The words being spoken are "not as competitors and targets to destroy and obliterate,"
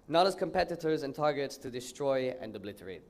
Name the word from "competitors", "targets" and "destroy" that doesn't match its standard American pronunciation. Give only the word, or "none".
none